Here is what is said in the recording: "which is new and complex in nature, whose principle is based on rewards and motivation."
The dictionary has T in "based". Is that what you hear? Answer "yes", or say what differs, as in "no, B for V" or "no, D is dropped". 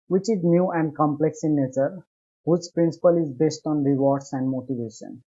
yes